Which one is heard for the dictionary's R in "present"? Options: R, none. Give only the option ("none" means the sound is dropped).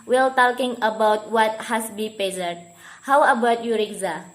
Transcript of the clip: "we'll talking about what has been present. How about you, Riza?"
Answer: none